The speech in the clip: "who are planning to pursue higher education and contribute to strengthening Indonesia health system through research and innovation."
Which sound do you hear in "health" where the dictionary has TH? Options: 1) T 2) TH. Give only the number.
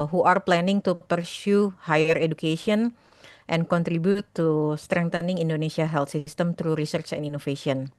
1